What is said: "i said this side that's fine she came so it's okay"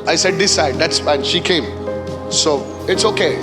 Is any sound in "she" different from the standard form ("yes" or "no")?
no